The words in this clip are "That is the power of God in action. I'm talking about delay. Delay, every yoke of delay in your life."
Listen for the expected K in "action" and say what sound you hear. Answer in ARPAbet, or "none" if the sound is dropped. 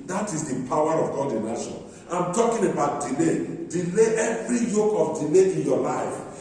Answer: none